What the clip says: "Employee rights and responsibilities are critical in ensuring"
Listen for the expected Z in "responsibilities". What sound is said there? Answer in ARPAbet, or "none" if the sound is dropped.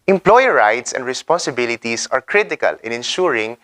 S